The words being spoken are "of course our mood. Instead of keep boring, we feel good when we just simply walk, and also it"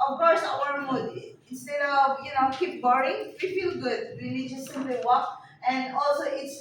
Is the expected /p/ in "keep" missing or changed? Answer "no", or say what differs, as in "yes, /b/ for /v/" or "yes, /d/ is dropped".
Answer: no